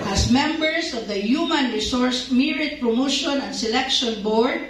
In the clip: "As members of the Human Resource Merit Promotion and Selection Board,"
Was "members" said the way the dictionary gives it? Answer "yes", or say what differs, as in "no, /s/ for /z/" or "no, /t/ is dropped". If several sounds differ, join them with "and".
no, /s/ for /z/